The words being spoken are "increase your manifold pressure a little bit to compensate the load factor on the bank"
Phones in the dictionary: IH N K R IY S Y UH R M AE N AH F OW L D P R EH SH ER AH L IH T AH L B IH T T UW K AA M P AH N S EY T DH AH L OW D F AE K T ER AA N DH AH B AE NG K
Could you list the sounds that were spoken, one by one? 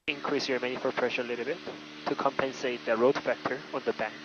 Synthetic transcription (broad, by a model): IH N K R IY S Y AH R M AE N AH F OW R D P R EH SH ER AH L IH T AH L B IH T T UW K AA M P AH N S EY T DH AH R OW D F AE K T ER AA N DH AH B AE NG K